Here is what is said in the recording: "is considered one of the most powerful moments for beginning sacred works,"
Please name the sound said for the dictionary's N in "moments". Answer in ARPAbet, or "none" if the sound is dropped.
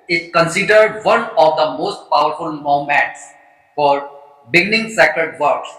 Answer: none